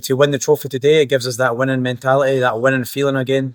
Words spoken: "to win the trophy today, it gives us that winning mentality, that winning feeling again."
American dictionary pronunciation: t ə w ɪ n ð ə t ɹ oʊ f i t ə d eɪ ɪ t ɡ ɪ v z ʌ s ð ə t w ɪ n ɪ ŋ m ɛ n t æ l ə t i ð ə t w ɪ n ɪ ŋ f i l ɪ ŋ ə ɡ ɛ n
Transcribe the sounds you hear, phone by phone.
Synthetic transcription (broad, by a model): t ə w ɪ n ð ə t ɹ oʊ f i t ə d eɪ ɪ t ɡ ɪ v z ʌ s ð ə t w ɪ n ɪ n m ɛ n t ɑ l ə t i ð ə t w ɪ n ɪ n f i l ɪ ŋ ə ɡ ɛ n